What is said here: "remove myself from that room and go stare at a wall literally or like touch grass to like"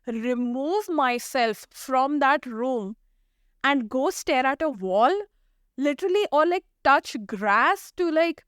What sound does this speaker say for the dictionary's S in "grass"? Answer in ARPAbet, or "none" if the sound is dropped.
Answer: S